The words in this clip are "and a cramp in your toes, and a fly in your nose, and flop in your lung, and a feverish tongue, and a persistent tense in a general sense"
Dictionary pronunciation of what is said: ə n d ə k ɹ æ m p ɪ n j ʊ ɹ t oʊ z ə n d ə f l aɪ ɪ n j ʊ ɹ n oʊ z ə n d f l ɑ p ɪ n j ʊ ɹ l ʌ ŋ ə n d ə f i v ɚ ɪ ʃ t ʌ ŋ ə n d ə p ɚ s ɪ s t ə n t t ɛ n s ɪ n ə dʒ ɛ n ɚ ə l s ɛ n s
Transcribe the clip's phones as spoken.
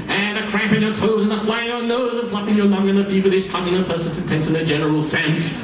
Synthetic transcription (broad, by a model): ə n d ə k ɹ æ m p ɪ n j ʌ ɹ t oʊ z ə n ə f l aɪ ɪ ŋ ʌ n oʊ z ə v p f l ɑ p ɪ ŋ j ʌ ɹ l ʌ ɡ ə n ə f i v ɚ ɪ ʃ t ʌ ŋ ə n ə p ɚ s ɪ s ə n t t ɛ n s ɪ n ə dʒ ɛ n ɚ l s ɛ n s